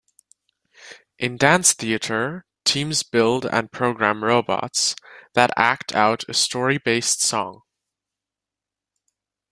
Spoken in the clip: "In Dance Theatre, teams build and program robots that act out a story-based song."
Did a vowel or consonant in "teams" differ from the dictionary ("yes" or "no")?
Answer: no